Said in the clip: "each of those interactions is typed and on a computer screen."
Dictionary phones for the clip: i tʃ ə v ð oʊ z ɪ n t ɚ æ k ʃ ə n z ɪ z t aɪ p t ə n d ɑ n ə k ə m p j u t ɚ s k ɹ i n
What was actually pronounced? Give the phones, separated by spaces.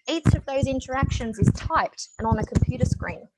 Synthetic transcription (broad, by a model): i tʃ ə v ð oʊ z ɪ n t ɚ æ k ʃ ə n z ɪ z t aɪ p t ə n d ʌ n ə k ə m p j u t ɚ s k ɹ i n